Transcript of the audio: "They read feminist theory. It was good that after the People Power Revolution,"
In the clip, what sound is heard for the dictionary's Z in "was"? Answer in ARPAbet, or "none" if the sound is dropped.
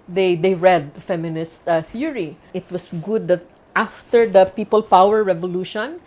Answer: S